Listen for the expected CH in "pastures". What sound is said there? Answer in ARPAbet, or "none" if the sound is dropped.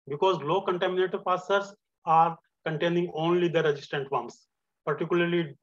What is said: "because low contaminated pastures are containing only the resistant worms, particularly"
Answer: none